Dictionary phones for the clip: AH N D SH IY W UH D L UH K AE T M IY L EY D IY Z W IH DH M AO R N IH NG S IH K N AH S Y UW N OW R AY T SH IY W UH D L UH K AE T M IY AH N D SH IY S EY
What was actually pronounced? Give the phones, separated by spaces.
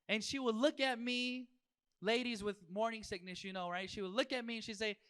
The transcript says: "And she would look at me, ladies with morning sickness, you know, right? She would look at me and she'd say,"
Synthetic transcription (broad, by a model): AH N SH IY W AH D L UH K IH T M IY L EY D IY Z W IH DH M AO R N IH NG S IH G N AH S Y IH N OW R AY T SH IY W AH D L UH K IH T M IY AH N SH IY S EY